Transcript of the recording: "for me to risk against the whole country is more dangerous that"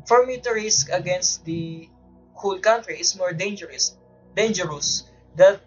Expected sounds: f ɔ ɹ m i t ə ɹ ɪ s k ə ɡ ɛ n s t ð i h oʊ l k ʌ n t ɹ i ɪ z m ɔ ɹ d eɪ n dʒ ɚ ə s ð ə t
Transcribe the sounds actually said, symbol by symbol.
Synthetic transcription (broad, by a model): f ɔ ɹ m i t ə ɹ ɪ s k ə ɡ ɛ n s t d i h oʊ l k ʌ n t ɹ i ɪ s m ɔ ɹ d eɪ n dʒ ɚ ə s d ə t